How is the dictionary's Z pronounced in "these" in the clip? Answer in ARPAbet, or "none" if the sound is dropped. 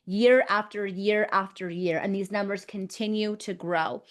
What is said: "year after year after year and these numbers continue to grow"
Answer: Z